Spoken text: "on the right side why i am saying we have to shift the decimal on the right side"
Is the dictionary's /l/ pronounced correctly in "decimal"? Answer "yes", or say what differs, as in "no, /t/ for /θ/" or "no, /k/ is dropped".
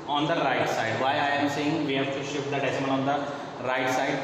no, /n/ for /l/